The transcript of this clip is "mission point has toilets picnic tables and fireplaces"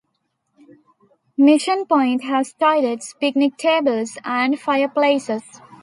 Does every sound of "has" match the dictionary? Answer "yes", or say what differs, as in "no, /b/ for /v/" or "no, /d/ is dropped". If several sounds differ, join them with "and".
no, /s/ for /z/